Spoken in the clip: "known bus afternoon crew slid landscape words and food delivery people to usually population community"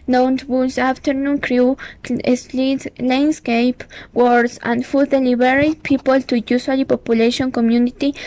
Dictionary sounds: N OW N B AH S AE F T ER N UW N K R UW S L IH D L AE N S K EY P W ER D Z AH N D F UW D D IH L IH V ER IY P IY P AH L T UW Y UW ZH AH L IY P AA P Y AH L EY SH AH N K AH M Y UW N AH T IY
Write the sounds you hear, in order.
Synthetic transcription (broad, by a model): N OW N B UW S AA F T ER N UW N K R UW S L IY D L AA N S K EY P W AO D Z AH N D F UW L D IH L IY B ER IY P IY P AH L T UW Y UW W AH L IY P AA P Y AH L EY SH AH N K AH M Y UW N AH T IY